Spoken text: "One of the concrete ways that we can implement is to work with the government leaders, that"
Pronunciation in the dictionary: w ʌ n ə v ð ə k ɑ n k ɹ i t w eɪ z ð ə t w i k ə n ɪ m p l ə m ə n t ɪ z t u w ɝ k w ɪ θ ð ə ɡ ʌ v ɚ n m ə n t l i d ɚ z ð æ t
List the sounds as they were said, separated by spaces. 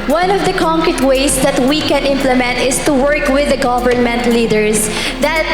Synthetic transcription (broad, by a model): w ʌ n ə v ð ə k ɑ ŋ k ɹ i t w eɪ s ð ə t w i k ə n ɪ m p l ə m ə n t ɪ s t u w ɝ k w ɪ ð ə ɡ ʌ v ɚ n m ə n t l i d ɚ s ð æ t